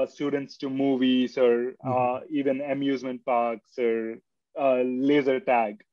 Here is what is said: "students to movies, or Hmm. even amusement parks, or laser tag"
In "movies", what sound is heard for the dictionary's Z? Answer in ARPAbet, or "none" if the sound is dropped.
S